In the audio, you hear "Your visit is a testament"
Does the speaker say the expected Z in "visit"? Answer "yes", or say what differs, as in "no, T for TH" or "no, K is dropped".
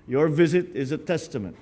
yes